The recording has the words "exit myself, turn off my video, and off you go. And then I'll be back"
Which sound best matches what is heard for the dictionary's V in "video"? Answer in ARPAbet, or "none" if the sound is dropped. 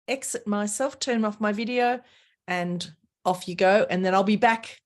V